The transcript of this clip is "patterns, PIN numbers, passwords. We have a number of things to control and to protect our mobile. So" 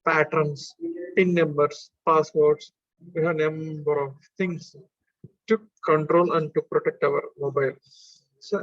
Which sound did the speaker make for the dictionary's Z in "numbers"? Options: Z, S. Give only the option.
S